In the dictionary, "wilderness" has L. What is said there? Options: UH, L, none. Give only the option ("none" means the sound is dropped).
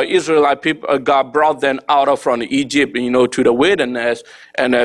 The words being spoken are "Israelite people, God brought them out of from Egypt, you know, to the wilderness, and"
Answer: none